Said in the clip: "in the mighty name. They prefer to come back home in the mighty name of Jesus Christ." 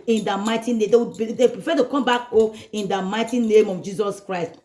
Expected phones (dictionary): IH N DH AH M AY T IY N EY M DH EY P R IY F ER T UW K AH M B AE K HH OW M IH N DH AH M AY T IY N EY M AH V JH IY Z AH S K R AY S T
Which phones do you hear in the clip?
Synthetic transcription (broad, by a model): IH N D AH M AY T IY N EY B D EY P R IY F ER T UW K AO M B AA K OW IH N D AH M AY T IY N EY M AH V JH IY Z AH S K R AY S T